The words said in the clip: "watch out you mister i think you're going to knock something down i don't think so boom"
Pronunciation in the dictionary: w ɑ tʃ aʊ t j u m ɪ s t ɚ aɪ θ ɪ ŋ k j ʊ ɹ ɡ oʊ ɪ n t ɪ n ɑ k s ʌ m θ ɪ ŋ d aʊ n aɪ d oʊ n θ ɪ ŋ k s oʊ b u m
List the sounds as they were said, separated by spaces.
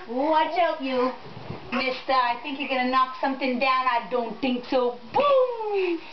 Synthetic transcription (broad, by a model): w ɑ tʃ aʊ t j u m ɪ s t ɚ aɪ θ ɪ ŋ k j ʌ ɹ ɡ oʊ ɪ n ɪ n ɑ k s ʌ m θ ɪ ŋ d aʊ n aɪ d oʊ n θ ɪ ŋ k s oʊ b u m